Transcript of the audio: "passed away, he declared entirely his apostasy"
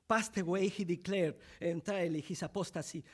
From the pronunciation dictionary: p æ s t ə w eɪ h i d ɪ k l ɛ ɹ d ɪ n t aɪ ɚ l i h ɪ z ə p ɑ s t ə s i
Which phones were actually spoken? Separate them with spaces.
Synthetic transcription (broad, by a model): p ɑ s t ə w eɪ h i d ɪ k l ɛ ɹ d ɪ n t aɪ l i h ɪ s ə p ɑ s t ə s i